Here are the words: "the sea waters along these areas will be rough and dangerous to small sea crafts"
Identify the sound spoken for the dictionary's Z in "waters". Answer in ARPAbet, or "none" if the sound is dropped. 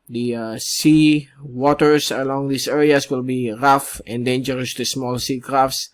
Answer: S